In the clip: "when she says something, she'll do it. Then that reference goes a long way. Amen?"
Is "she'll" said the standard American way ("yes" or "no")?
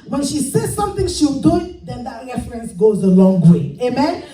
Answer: no